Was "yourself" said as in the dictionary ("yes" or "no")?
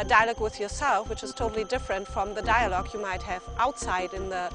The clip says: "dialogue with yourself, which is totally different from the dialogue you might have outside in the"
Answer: yes